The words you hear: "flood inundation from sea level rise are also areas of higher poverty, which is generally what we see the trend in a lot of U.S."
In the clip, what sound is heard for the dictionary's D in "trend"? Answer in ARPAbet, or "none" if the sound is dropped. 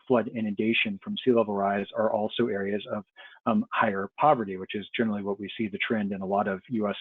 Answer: D